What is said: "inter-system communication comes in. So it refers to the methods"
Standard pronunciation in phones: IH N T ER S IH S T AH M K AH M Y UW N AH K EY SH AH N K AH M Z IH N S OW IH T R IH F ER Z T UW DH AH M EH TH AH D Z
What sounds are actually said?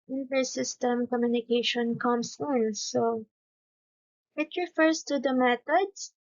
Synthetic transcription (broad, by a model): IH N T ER S IH S T AH M K AH M Y UW N AH K EY SH AH N K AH M S IH N S OW IH T R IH F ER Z T UW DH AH M EH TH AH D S